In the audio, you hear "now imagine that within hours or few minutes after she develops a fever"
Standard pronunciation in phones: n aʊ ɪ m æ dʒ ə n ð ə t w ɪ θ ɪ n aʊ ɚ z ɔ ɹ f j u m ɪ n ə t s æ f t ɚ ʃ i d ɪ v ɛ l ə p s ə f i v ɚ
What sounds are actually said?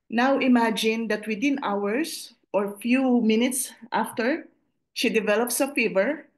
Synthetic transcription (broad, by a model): n aʊ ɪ m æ dʒ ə n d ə t w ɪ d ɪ n aʊ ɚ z ɔ ɹ f j u m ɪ n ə t s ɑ f t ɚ ʃ i d ɪ v ɛ l ə p s ə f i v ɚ